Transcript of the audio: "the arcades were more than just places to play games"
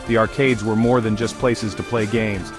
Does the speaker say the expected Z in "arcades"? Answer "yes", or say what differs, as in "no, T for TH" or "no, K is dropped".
yes